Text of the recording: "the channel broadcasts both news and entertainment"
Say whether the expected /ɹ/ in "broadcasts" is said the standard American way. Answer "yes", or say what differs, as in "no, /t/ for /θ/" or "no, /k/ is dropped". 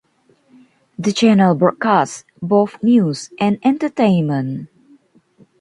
no, /ɹ/ is dropped